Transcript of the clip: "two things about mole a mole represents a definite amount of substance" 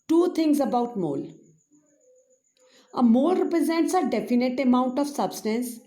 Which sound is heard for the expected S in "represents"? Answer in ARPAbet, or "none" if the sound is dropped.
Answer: S